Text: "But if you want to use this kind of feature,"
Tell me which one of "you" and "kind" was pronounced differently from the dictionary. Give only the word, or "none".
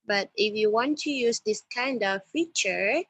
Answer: none